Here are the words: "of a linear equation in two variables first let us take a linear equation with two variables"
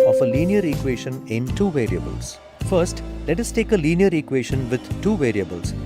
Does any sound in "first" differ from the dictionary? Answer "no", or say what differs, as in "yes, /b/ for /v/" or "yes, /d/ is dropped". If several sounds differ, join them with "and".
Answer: no